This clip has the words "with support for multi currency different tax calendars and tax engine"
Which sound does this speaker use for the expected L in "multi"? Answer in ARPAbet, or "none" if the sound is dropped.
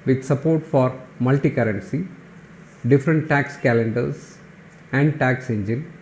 L